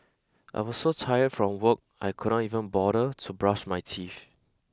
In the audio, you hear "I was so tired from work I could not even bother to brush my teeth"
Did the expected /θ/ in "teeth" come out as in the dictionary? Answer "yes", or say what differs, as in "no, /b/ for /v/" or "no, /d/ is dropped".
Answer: no, /f/ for /θ/